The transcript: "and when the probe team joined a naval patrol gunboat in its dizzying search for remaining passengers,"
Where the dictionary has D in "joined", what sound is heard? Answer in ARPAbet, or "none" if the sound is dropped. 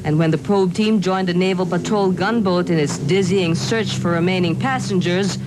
D